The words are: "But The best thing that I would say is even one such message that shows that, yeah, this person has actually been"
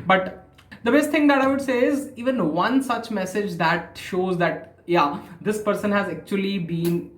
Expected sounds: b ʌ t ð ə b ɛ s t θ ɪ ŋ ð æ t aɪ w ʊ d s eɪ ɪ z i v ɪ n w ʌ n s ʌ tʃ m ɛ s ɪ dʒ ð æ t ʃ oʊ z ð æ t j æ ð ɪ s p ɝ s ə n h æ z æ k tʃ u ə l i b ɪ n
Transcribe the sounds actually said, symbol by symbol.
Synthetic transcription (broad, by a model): b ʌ t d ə b ɛ s t t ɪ ŋ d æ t aɪ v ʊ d s eɪ ɪ z i v ɪ n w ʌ n s ʌ tʃ m ɛ s ɪ dʒ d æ t ʃ oʊ z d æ t j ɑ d ɪ s p ɝ s ə n h æ z æ k tʃ u ə l i b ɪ n